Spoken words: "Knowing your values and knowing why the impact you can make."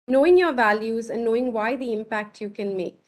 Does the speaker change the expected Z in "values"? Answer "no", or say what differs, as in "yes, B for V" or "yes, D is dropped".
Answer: no